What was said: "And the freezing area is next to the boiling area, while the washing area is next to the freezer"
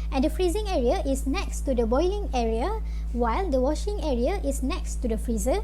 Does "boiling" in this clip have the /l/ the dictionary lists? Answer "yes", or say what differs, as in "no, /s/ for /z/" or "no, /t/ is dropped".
yes